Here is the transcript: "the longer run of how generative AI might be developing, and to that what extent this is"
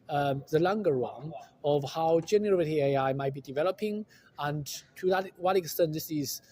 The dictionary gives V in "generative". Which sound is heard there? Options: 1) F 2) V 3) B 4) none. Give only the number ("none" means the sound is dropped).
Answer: 4